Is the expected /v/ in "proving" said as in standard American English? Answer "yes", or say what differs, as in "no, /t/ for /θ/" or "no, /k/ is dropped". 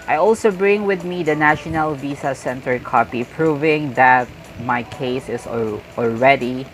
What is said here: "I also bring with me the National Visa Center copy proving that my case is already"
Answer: yes